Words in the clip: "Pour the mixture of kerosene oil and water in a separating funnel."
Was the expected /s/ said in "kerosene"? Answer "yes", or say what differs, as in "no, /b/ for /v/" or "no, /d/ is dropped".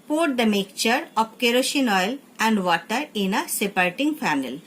no, /ʃ/ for /s/